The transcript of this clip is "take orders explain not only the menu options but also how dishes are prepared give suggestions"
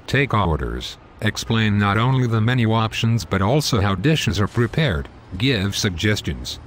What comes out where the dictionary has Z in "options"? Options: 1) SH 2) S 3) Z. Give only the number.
3